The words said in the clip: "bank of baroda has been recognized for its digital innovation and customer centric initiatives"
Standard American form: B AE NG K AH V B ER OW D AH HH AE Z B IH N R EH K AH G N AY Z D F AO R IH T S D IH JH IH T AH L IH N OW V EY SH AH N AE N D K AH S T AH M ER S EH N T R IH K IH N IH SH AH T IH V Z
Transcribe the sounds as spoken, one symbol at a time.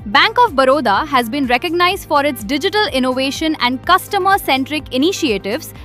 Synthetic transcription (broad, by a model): B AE NG K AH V B ER OW D AH HH AE Z B IH N R EH K AH G N AY Z D F AO R IH T S D IH JH IH T AH L IH N OW V EY SH AH N AE N D K AH S T AH M ER S EH N T R IH K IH N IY SH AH T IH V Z